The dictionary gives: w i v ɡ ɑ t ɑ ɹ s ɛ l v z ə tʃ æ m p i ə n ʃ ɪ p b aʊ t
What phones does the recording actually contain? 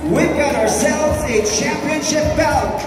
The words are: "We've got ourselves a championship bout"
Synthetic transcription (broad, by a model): w i v ɡ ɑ t ɑ ɹ s ɛ l v z ə tʃ æ m p i ə n ʃ ɪ p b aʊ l